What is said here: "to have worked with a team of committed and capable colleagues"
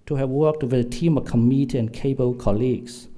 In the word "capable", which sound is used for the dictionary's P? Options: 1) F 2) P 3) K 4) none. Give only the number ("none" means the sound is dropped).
4